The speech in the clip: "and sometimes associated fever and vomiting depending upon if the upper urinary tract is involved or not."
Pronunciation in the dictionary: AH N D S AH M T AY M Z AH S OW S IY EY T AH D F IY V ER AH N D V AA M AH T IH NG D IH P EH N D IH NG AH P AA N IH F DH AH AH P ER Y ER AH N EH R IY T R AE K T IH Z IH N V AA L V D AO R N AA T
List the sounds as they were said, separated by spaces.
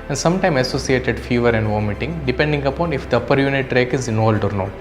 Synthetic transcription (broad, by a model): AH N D S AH M T AY M AH S OW S IY EY T AH D F IY V ER AH N D V AA M AH T IH NG D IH P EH N D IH NG AH P AA N IH F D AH AH P ER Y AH N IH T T R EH K IH Z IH N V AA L D AO R N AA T